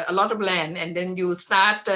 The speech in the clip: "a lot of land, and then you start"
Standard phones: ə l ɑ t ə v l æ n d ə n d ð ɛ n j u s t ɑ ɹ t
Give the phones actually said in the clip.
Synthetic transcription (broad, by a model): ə l ɑ t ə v l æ n ə n d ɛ n j u s t ɑ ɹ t